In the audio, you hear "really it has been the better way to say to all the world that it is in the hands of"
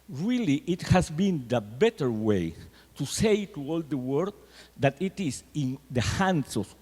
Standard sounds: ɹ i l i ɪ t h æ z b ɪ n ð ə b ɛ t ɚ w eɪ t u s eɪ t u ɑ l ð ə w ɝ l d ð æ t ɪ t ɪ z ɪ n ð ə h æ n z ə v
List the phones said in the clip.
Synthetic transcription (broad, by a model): ɹ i l i ɪ t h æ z b ɪ n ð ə b ɛ t ɚ w eɪ t u s eɪ t u ɑ l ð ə w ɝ d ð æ t ɪ t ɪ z ɪ n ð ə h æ n s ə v